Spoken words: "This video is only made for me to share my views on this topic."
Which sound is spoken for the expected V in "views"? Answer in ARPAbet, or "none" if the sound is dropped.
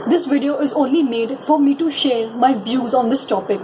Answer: V